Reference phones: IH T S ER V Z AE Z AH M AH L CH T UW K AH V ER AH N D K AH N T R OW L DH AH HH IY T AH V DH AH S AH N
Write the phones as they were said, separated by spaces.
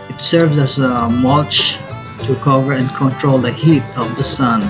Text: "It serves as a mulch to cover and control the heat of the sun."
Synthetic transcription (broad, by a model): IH T S ER V Z AE Z AH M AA CH T UW K AH V ER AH N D K AH N T R OW L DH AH HH IY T AH V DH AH S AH N